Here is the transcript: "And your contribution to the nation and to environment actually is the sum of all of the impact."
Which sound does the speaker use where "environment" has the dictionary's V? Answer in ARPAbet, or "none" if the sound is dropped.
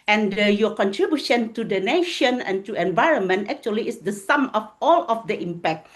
V